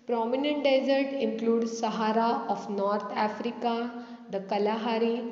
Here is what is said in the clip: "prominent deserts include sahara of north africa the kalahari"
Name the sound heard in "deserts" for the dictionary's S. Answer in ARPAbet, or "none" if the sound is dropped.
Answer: none